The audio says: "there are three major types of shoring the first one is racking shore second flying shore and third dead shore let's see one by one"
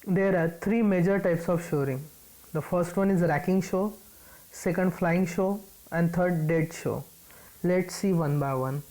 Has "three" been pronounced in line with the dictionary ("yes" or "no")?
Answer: no